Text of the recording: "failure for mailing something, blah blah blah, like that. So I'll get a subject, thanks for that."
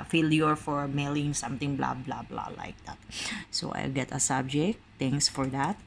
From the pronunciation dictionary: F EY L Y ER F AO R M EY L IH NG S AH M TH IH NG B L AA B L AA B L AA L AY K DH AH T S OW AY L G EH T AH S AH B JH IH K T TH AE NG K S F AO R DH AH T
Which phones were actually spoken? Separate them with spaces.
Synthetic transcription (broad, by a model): F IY L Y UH F AO R M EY L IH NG S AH M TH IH NG B L AA B L AA B L AA L AY K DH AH T S OW AY L G EH T AH S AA B JH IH K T T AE NG K S F AO R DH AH T